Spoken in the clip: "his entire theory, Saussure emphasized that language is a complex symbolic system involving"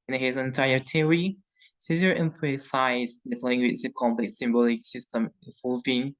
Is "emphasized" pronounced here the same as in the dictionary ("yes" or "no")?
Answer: no